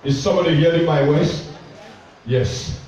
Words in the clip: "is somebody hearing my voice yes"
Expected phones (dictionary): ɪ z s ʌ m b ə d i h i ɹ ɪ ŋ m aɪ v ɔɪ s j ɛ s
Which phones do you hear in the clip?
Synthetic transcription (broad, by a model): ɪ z s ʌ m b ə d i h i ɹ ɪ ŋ m aɪ w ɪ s j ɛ s